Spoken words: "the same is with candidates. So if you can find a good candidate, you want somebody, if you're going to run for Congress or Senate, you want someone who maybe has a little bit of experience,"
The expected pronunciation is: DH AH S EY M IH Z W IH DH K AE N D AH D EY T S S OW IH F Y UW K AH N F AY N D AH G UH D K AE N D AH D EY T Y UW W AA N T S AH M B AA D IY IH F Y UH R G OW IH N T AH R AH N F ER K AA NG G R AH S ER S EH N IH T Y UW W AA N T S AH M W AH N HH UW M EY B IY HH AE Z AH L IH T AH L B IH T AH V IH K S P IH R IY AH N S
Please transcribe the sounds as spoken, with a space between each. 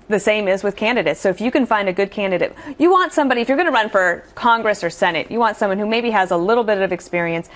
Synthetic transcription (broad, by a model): DH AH S EY M IH Z W IH DH K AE N D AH D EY T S S OW IH F Y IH K AH N F AY N D AH G UH D K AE N D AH D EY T Y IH W AA N T S AH M B AA D IY IH F Y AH R G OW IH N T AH R AH N F ER K AA NG G R AH S ER S EH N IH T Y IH W AA N T S AH M W AH N HH UW M EY B IY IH Z AH L IH T L B IH T AH V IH K S P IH R IY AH N S